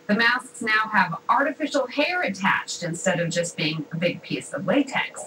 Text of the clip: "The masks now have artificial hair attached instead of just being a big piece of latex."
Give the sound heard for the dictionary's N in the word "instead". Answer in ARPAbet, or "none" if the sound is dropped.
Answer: N